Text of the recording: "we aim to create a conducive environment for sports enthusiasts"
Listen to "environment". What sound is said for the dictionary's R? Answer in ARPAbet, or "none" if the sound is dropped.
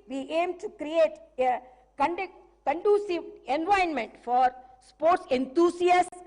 none